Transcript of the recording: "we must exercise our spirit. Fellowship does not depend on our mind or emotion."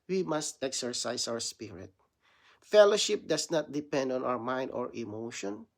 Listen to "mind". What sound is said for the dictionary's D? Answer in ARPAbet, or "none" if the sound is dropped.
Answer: D